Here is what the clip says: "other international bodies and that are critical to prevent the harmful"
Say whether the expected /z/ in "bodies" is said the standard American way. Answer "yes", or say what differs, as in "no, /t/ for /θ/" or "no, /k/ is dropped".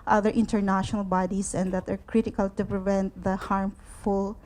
no, /s/ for /z/